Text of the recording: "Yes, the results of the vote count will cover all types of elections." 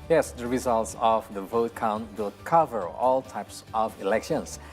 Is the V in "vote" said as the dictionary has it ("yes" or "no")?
yes